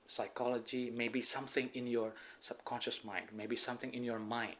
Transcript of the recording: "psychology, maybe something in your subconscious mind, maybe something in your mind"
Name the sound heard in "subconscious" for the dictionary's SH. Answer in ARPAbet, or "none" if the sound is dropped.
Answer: SH